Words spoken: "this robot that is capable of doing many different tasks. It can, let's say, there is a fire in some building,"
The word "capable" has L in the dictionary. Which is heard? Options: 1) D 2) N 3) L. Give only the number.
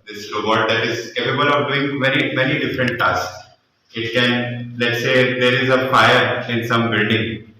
2